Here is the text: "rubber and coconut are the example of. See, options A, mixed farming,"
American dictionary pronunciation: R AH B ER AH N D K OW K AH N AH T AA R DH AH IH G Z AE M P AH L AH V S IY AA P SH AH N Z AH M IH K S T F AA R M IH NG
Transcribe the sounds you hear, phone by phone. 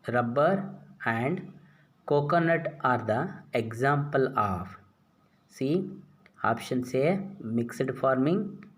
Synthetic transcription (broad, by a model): R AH B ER AH N D K OW K AH N AH T AA R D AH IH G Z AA M P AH L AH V S IY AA P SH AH N S AH M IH K S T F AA R M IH NG